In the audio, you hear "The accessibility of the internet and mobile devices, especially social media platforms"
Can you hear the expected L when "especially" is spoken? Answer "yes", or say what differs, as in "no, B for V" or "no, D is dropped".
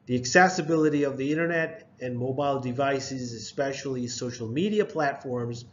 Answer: yes